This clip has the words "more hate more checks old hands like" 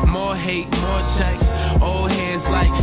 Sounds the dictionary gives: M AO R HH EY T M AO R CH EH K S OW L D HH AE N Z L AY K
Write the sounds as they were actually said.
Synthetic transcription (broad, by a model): M AO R HH EY T M AO R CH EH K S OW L HH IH Z L AY K